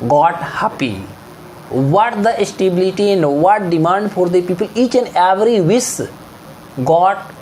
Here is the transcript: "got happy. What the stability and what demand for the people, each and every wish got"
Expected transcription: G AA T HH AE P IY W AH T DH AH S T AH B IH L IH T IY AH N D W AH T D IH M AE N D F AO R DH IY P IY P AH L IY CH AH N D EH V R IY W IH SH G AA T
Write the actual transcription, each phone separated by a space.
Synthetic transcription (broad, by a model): G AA T HH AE P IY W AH T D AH S T AH B IH L IH T IY AH N D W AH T D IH M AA N D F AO R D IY P IY P AH L IY CH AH N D EH V R IY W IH S G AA T